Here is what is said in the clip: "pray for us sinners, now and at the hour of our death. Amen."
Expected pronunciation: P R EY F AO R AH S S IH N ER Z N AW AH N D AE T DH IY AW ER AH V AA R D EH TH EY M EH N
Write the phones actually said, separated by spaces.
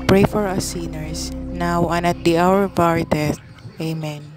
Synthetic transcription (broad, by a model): P R EY F AO R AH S S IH N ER S N AW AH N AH T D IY AW ER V AA R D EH T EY M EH N